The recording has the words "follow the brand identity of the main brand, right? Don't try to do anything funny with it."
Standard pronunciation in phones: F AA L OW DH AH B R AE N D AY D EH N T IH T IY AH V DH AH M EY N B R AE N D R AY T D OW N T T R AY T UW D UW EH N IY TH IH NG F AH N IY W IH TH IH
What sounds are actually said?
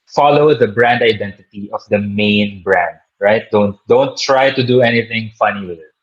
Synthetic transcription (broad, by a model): F AA L OW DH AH B R AE N D AY D EH N T IH T IY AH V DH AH M EY N B R AE N D R AY T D OW N T T R AY T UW D UW EH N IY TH IH NG F AH N IY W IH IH